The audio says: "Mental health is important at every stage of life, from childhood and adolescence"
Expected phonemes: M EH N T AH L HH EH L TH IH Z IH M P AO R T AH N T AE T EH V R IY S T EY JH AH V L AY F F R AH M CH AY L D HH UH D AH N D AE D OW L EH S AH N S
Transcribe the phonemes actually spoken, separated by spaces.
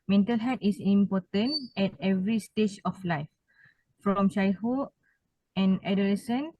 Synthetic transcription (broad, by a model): M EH N T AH L HH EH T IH S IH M P AO T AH N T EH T EH V R IY S T EY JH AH F L AY F F R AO M SH AY HH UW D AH N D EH D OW L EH S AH N